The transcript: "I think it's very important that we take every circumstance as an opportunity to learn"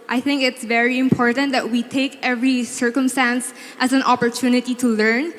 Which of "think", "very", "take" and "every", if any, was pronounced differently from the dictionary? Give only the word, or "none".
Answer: none